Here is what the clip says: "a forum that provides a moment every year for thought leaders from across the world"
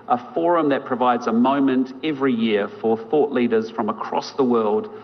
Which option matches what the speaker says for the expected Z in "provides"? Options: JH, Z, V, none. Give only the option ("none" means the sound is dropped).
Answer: Z